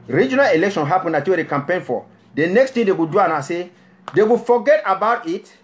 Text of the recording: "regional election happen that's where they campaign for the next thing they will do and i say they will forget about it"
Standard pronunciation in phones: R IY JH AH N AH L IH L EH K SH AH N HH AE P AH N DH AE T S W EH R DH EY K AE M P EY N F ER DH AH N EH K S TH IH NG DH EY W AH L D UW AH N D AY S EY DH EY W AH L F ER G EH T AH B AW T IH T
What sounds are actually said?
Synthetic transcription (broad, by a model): R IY JH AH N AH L IH L EH K SH AH N HH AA P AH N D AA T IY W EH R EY K AE M P EY N F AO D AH N EH K S T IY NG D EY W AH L D UW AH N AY S EY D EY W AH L F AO G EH T AH B AW T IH T